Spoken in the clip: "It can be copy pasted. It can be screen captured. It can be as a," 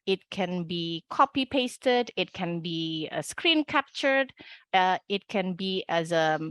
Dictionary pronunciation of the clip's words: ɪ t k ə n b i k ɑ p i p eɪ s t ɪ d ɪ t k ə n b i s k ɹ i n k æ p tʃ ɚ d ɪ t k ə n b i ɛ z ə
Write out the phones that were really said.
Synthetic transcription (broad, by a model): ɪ t k ə n b i k ɑ p i p eɪ s t ɪ d ɪ t k ə n b i s k ɹ i n k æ p tʃ ɚ d ɪ t k ə n b i ɛ z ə